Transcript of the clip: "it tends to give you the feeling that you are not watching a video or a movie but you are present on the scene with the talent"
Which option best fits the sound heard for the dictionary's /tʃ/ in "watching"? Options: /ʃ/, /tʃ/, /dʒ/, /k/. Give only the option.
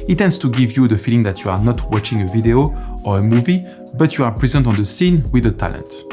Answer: /tʃ/